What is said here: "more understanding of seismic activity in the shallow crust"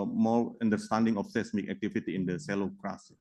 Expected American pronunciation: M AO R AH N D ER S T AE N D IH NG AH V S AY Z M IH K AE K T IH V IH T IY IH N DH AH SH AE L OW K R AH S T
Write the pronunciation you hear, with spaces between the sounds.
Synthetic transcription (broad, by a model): M AO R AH N D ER S T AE N D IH NG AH F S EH S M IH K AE K T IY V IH T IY IH N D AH S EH L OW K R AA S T